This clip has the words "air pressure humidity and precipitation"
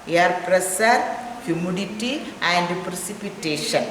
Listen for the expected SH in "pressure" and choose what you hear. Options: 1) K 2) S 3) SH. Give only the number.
2